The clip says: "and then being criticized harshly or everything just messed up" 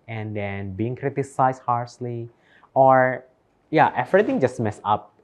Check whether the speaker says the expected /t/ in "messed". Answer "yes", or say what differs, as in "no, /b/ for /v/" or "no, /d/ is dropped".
no, /t/ is dropped